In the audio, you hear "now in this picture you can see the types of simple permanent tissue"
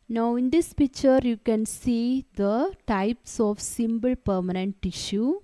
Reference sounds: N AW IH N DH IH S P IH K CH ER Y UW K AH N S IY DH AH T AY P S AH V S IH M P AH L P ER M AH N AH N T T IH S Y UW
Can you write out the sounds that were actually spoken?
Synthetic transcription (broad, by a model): N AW IH N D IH S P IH K CH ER Y UW K AH N S IY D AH T AY P S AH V S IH M B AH L P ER M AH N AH N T T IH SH Y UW